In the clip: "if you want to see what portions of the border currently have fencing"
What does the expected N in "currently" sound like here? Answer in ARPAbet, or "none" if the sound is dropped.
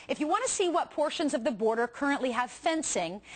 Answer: N